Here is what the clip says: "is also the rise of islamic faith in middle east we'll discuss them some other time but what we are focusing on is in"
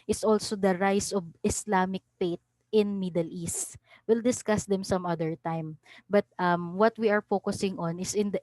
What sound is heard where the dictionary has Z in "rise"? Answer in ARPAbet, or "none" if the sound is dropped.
S